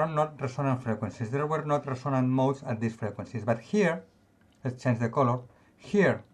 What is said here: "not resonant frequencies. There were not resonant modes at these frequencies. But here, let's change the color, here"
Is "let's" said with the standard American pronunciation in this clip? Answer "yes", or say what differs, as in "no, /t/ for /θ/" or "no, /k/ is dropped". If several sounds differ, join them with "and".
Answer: no, /s/ is dropped